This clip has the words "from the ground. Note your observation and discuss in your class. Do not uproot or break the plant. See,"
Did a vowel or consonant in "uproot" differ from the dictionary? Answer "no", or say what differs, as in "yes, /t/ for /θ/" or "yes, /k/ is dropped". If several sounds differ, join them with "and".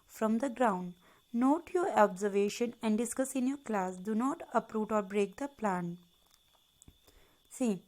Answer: no